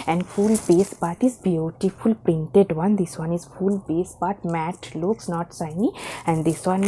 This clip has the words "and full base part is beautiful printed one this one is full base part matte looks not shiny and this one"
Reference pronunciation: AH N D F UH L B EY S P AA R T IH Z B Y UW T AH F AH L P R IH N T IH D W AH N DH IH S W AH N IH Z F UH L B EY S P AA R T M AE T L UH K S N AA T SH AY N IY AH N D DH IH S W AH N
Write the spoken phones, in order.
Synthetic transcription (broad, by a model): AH N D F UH L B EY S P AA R T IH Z B Y UW T AH F AH L P R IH N T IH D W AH N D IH S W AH N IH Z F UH L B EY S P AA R T M AE T L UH K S N AA T S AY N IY AH N D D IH S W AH N